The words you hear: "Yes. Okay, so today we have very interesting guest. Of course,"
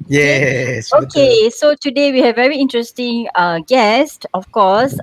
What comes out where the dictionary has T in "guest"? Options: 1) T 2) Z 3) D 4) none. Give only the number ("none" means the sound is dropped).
1